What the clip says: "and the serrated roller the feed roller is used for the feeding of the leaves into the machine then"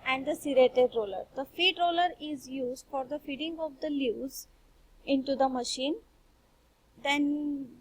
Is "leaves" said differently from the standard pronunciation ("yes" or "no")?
yes